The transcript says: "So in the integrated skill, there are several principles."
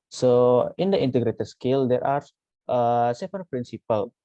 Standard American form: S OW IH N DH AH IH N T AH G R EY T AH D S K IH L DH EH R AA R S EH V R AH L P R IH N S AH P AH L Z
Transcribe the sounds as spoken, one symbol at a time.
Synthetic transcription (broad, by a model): S OW IH N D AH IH N T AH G R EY T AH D S K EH L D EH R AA R S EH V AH N P R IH N S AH P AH L